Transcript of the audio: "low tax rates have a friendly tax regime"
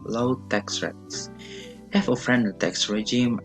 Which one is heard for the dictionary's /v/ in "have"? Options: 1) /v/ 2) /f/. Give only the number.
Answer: 2